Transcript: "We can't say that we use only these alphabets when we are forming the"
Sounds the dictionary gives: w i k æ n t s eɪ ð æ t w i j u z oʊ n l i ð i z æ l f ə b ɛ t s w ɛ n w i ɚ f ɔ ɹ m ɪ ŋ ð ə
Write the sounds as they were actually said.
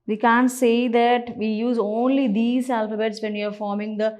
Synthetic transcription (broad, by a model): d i k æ n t s eɪ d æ t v i j u z oʊ n l i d i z æ l f ə b ɛ t s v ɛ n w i ɚ f ɔ ɹ m ɪ ŋ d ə